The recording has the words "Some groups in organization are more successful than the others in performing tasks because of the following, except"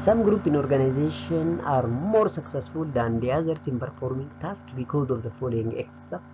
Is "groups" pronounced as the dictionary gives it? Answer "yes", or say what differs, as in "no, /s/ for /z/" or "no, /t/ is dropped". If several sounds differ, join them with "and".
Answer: no, /s/ is dropped